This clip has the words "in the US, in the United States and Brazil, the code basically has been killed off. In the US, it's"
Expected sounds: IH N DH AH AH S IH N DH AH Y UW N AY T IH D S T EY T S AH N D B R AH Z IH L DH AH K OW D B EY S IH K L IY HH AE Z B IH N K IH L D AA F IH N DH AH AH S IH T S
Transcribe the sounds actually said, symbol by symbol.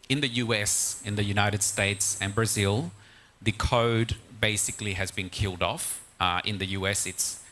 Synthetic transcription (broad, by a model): IH N DH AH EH S IH N DH AH Y UW N AY T IH D S T EY T S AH N B R AH Z IH L DH AH K OW D B EY S IH K L IY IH Z B IH N K IH L D AA F IH N DH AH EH S IH T S